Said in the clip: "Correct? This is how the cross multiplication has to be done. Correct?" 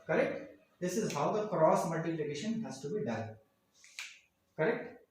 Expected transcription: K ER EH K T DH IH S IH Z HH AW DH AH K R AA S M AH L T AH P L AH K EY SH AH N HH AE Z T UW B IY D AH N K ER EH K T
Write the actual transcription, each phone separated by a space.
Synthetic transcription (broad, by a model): K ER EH K T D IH S IH Z HH AW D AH K R AA S M AH L T AH P L AH K EY SH AH N HH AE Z T UW B IY D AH L K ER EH K T